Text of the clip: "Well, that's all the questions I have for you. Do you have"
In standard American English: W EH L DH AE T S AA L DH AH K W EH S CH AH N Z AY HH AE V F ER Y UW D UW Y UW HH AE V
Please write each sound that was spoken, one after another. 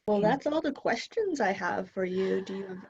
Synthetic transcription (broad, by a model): W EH L DH AE T S AA L DH AH K W EH S CH AH N Z AY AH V F ER Y UW D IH Y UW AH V